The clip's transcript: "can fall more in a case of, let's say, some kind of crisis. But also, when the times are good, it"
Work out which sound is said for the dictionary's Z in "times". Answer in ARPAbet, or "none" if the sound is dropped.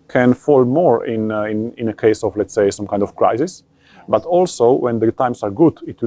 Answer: S